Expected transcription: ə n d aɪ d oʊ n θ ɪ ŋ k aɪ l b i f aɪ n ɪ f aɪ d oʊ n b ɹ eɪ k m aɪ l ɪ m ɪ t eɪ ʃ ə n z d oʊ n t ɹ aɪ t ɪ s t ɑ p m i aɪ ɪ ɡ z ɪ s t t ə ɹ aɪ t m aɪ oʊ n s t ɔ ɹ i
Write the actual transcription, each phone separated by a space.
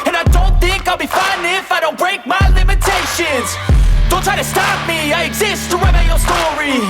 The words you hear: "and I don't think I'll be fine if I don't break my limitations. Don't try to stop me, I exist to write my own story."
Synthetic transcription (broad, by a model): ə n aɪ d oʊ n θ ɪ ŋ k aɪ l b i f aɪ n ɪ f aɪ d oʊ n b ɹ eɪ k m aɪ l ɪ m ɪ t eɪ ʃ ə n z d oʊ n t ɹ aɪ t ɪ s t ɑ p m i aɪ ɪ ɡ z ɪ s t t ə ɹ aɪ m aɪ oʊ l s t ɔ ɹ i